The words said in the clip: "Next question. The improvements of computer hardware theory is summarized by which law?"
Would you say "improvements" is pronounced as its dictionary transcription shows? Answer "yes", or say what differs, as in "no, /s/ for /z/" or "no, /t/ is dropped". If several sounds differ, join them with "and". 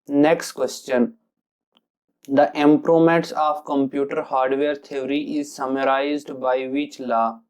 no, /v/ is dropped